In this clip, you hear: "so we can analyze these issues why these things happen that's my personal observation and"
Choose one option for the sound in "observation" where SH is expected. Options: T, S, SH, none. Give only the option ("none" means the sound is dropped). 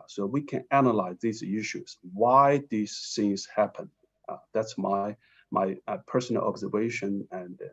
SH